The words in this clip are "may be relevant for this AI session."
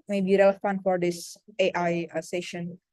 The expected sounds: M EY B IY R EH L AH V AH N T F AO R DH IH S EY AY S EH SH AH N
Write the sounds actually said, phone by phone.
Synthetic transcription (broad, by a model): M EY B IY R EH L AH F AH N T F AO R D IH S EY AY S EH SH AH N